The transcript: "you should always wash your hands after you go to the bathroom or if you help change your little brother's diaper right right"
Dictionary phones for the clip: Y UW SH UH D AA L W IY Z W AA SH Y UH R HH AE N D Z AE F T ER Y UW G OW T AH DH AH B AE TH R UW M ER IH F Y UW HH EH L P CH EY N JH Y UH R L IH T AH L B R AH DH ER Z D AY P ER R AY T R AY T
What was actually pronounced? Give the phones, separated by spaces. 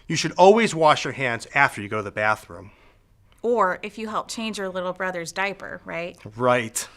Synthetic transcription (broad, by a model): Y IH SH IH D AA L W IY Z W AA SH Y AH R HH AE N D Z AE F T ER Y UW G OW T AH DH AH B AE TH R UW M ER IH F Y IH HH EH L P CH EY N JH Y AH R L IH T L B R AH DH ER Z D AY P ER R AY T R AY T